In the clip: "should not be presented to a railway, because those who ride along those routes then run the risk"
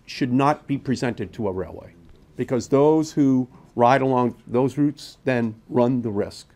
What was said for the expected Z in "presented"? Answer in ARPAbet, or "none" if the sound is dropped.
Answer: Z